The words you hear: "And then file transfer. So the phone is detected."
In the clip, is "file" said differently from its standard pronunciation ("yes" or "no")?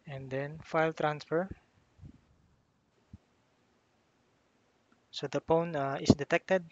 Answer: no